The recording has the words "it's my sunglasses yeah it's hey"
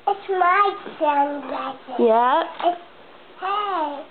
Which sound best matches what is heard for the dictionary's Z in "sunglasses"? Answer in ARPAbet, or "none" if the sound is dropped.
none